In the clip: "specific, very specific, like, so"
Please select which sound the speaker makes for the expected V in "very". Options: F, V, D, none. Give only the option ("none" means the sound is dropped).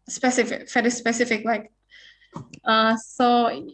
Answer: F